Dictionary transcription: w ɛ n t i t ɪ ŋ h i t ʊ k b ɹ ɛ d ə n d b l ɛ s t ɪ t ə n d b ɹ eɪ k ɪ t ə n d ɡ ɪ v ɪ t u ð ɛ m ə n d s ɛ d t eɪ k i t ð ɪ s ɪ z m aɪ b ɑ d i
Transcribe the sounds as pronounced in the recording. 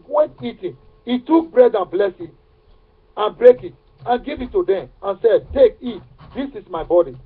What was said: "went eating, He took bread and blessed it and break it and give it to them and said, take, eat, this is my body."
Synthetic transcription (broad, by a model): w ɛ n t i t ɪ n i t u k b ɹ ɛ d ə n b l ɛ s ɪ t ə n b ɹ eɪ k ɪ t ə n ɡ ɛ v ɪ t u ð ɛ m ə n s ɛ d t eɪ k i t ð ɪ s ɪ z m aɪ b ɑ d i